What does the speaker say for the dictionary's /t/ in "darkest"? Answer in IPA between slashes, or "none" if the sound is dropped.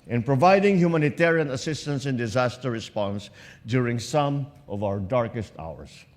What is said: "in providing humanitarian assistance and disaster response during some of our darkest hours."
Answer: /t/